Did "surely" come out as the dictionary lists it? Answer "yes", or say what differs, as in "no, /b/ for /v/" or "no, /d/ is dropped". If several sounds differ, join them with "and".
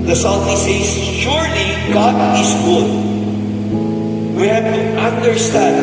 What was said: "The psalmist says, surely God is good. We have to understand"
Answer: yes